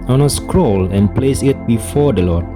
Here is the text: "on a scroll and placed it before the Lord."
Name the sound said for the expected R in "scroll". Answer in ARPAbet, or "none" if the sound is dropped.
R